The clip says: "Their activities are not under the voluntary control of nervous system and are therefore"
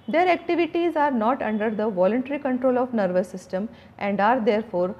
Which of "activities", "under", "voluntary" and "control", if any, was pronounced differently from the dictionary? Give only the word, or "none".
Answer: none